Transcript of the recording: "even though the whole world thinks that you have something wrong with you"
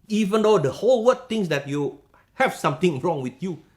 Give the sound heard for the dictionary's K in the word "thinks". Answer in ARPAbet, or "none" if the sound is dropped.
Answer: none